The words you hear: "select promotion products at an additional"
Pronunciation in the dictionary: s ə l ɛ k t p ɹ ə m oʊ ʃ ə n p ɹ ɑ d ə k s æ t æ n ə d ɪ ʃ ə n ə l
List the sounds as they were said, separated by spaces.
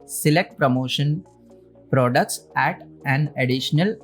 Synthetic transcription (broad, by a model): s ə l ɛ k t p ɹ ə m oʊ ʃ ə n p ɹ ɑ d ə k s æ t æ n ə d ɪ ʃ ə n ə l